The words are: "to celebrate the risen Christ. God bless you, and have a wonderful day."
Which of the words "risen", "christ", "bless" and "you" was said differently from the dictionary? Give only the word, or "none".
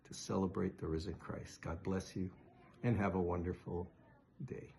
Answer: none